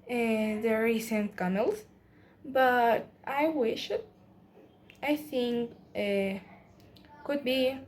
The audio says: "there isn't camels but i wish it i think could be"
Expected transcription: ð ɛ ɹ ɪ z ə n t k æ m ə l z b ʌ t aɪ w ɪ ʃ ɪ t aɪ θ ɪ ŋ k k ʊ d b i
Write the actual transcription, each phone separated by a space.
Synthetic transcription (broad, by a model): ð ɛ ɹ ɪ s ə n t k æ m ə l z b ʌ t aɪ w ɪ ʃ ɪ t aɪ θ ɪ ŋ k k ʊ d b i